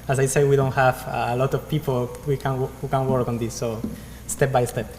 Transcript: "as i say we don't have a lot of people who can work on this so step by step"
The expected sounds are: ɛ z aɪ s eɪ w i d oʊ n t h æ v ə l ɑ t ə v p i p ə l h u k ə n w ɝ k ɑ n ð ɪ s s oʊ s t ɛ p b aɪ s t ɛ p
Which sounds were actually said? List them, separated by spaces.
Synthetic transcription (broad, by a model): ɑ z aɪ s eɪ w i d oʊ n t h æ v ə l ɑ t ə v p i p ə w h u k ə n w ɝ k ɑ n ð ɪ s s oʊ s t ɛ p b aɪ s t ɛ p